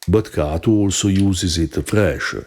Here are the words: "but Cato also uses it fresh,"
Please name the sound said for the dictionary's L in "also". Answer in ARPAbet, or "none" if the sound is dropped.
L